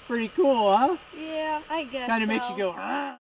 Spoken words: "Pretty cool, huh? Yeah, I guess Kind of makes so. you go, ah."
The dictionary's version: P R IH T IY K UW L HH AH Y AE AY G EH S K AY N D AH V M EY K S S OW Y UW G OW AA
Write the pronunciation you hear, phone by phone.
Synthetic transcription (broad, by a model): P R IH T IY K UW L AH Y AE AY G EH K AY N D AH M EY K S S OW G OW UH